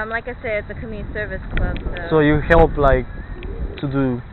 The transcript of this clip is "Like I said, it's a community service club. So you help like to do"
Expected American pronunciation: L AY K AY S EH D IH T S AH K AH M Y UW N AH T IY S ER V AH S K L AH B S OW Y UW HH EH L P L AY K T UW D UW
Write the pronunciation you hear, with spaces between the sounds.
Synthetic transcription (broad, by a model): L AY K AY S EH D IH T S AH K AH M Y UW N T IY S ER V AH S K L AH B S OW Y UW HH EH L P L AY K T UW D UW